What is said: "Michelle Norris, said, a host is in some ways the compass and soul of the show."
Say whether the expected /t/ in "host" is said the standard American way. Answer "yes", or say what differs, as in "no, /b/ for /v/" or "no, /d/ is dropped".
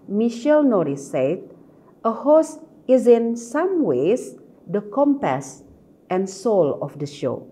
no, /t/ is dropped